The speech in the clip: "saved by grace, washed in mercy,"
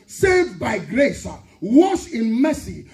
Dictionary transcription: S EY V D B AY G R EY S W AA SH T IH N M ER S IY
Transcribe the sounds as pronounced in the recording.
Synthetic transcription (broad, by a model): S EY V B AY G R EY S W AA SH IH N M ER S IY